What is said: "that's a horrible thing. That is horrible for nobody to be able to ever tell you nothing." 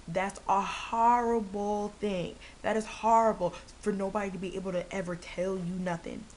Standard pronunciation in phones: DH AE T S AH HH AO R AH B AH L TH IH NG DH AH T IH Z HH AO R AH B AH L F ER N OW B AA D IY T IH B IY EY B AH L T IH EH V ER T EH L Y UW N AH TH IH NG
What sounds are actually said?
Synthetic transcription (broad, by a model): DH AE T S AH HH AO R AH B L TH IH NG DH AH T IH Z HH AO R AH B L F ER N OW B AA D IY T IH B IY EY B L T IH EH V ER T EH L Y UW N AH TH IH NG